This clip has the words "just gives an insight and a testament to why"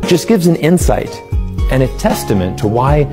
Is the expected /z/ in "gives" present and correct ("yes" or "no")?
yes